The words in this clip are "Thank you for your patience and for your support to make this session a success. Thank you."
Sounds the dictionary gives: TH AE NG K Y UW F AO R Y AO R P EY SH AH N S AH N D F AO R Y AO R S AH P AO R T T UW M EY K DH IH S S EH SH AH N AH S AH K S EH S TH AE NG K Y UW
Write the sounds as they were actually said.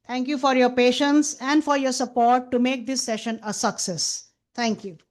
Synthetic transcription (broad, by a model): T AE NG K Y UW F AO R Y AO R P EY SH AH N S AH N D F AO R Y AO R S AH P AO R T T UW M EY K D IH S S EH SH AH N AH S AH K S EH S T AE NG K Y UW